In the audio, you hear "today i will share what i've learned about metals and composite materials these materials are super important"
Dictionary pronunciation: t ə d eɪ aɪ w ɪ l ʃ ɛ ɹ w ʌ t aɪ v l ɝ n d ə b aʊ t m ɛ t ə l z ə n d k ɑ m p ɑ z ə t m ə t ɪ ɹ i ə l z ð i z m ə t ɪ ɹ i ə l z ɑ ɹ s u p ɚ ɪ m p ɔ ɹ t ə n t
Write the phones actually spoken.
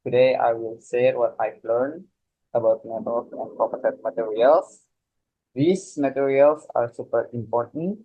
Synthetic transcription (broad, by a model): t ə d eɪ aɪ w ɪ l s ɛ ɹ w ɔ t aɪ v l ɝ n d ə b aʊ t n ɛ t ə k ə n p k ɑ p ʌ s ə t m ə t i ɹ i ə l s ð i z m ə t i ɹ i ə l s ɑ ɹ s u p ɚ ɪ m p ɔ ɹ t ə n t